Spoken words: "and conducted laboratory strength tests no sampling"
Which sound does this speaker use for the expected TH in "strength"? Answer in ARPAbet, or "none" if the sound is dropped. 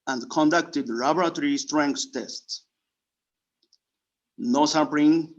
S